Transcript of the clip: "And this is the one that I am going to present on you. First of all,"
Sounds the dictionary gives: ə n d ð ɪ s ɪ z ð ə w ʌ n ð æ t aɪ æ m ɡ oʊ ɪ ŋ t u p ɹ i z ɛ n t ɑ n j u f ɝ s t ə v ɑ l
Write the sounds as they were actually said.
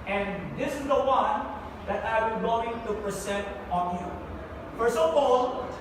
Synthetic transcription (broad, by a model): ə n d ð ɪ s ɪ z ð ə w ʌ n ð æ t aɪ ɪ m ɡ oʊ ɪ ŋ t u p ɹ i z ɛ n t ɑ n j u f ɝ s ə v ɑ l